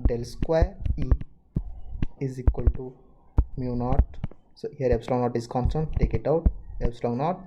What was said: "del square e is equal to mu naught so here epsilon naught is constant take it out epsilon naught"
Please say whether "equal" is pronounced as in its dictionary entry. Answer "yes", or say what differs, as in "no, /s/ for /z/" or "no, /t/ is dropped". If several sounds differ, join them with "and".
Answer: yes